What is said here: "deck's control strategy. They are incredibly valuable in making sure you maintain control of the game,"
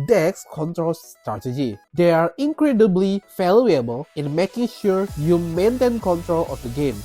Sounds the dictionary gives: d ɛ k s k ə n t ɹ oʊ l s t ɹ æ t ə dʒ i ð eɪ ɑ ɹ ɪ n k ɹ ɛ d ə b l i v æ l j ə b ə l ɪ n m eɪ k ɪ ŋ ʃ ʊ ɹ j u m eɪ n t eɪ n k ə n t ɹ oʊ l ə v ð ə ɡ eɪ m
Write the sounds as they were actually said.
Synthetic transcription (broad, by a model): d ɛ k s k ə n t ɹ oʊ l s t ɹ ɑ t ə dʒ i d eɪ ɑ ɹ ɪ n k ɹ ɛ d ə b l i f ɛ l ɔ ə b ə l ɪ n m eɪ k ɪ ŋ ʃ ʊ ɹ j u m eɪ n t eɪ n k ə n t ɹ oʊ l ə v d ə ɡ eɪ m